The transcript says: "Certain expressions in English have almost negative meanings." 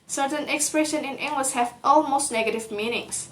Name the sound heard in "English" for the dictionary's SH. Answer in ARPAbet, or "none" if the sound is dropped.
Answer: S